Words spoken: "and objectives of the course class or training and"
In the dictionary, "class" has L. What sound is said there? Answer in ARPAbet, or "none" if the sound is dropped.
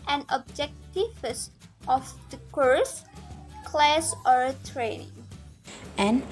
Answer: L